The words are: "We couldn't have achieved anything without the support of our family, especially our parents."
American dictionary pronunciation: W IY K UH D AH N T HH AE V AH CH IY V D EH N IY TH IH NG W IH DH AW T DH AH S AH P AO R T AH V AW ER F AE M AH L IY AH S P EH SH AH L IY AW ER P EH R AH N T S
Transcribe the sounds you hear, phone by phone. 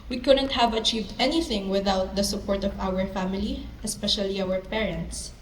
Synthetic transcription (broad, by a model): W IY K UH D AH N T HH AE V AH CH IY V D EH N IY TH IH NG W IH DH AW T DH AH S AH P AO R T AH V AW ER F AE M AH L IY AH S P EH SH AH L IY AW ER P EH R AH N T S